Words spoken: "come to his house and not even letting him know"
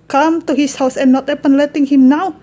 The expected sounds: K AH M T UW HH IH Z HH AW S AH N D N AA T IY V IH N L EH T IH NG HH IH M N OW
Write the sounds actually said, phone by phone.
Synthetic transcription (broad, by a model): K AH M T UW HH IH S HH AW S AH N N AA T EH P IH N L EH T IH NG HH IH M N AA